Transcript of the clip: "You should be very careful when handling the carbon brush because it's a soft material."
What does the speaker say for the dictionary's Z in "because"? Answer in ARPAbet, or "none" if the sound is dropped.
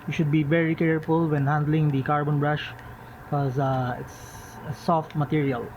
none